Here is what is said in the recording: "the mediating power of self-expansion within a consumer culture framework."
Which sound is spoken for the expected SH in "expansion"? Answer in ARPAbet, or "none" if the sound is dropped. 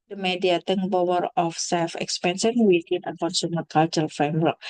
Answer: S